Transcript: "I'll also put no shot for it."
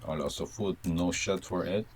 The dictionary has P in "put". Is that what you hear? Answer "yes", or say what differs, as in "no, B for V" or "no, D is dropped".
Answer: no, F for P